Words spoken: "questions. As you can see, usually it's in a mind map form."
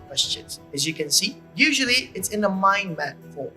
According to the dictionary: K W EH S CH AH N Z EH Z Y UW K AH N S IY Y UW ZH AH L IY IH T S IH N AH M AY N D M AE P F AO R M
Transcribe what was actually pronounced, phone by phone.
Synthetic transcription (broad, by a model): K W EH S CH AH N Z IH Z Y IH K AH N S IY Y UW ZH AH L IY IH T S IH N AH M AY N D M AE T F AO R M